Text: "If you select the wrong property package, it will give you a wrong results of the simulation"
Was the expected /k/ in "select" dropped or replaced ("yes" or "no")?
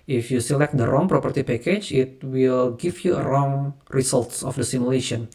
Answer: no